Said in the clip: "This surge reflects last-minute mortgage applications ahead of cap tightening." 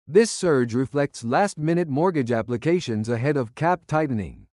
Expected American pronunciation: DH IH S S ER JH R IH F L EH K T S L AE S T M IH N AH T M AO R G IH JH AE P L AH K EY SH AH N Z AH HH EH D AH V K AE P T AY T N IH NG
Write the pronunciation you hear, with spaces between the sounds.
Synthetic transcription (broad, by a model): DH IH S S ER JH R IH F L EH K T S L AE S T M IH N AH T M AO R G IH JH AE P L AH K EY SH AH N Z AH HH EH D AH V K AE P T AY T N IH NG